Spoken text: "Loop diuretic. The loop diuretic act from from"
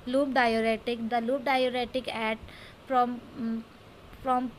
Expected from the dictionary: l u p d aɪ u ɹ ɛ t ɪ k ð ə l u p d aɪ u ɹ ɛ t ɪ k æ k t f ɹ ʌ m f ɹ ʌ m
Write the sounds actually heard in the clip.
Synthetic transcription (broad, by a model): l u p d aɪ u ɹ ɛ t ɪ k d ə l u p d aɪ u ɹ ɛ t ɪ k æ t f ɹ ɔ m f ɹ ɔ m